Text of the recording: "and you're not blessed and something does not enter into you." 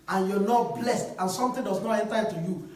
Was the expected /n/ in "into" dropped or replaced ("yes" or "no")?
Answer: yes